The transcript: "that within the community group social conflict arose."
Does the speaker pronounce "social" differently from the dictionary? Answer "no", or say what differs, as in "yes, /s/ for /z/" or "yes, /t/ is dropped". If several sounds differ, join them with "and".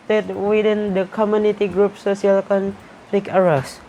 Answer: yes, /s/ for /ʃ/